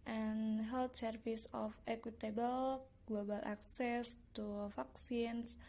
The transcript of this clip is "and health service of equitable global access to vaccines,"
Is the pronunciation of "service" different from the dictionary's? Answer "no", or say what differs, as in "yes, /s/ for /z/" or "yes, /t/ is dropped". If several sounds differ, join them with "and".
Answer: yes, /f/ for /v/